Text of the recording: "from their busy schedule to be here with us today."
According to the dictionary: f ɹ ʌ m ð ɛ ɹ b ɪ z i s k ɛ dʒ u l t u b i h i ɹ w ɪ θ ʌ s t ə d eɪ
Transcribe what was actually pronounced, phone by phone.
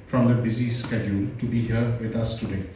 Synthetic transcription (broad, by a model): f ɹ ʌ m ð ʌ b ɪ z i s k ɛ dʒ u l t u b i h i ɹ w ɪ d ʌ s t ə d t